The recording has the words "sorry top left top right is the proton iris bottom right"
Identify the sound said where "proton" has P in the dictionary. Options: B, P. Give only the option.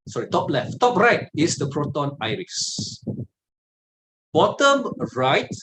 P